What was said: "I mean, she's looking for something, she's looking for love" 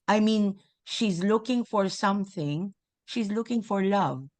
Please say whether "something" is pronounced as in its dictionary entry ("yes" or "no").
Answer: yes